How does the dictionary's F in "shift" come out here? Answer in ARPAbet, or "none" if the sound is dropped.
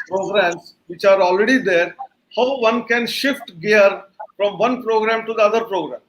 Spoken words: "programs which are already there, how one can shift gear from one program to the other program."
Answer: F